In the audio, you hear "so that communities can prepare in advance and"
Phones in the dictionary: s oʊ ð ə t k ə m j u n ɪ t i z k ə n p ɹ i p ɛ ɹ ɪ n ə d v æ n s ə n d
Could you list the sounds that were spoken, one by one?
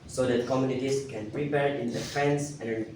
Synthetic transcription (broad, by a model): s oʊ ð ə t k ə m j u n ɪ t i s k ə n p ɹ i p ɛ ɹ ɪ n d f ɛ n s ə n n